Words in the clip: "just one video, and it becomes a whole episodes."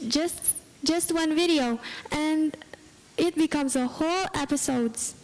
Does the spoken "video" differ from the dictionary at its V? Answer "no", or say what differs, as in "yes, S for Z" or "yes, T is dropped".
no